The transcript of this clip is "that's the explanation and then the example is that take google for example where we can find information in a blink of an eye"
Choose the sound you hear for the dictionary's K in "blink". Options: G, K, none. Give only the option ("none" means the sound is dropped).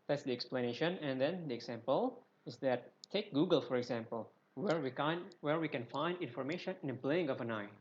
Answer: none